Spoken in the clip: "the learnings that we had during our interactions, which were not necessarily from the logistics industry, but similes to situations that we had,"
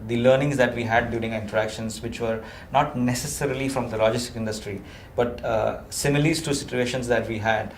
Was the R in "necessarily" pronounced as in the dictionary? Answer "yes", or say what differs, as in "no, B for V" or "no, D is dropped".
yes